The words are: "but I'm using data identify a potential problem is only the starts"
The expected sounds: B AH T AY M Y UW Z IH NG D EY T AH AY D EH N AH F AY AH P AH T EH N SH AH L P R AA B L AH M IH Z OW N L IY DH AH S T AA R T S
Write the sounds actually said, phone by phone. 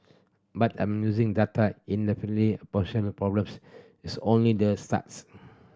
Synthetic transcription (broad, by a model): B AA T AY M Y UW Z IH NG D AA T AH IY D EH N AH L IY AH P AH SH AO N AH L P R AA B L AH M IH S OW N L IY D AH S T AA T S